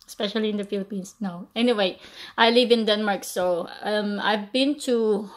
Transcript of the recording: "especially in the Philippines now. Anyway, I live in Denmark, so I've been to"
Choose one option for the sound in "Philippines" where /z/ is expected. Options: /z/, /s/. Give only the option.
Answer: /s/